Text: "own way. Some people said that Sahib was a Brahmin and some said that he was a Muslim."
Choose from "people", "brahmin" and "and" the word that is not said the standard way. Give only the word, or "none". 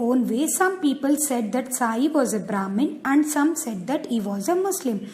none